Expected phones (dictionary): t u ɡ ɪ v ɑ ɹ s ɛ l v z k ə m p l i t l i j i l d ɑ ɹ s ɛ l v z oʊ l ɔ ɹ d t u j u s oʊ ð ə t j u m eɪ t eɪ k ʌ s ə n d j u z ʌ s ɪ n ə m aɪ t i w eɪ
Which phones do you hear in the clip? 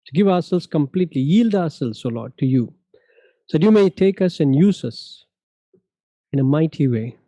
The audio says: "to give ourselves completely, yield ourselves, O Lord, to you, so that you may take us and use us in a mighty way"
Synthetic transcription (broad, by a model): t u ɡ ɪ v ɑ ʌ s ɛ l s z k ə m p l i t l i j i l d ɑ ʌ s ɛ l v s oʊ l ɔ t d t u j u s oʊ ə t j u m eɪ t eɪ k ʌ s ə n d j u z ʌ s ɪ n ə m aɪ t i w eɪ